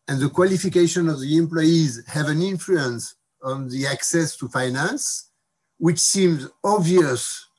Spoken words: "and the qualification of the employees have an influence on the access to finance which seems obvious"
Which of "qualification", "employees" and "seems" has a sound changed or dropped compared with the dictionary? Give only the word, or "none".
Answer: none